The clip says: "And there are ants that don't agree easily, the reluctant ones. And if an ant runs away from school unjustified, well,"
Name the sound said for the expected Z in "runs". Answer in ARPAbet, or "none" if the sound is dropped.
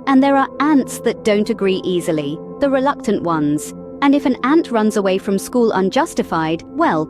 Z